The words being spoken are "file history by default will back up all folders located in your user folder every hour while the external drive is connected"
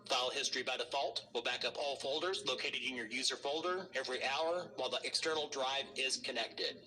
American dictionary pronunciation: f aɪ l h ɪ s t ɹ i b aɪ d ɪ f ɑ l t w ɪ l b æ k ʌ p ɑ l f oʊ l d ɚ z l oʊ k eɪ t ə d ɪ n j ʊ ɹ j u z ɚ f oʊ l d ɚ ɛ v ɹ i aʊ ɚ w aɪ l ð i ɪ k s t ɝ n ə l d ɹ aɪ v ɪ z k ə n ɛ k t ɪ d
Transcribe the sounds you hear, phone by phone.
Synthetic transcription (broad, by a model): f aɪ l h ɪ s t ɹ i b aɪ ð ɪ f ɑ l t w ɪ l b æ k ʌ p ɑ l f oʊ l d ɚ z l oʊ k eɪ t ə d ɪ n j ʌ ɹ j u z ɚ f oʊ l d ɚ ɛ v ɹ i aʊ ɚ w aɪ l ð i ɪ k s t ɝ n l d ɹ aɪ v ɪ z k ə n ɛ k t ɪ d